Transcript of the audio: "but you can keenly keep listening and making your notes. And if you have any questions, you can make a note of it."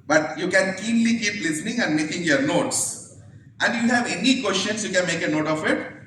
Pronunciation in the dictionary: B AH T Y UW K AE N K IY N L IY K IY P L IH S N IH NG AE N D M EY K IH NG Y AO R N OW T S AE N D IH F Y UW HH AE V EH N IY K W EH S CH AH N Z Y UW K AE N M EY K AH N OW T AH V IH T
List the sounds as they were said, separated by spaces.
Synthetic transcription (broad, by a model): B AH T Y UW K AE N K IY N L IY K IY P L IH S N IH NG AE N D M EY K IH NG Y AO R N OW T S AE N D Y UW HH AE V EH N IY K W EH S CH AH N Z Y UW K AE N M EY K AH N OW T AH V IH T